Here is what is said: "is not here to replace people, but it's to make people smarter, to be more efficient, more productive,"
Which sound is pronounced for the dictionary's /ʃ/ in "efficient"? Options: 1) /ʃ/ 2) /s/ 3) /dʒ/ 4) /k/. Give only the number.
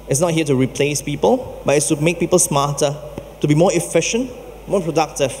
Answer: 1